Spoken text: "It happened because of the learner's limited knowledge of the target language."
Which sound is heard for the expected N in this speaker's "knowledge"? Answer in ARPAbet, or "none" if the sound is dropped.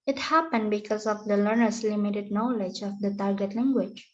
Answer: N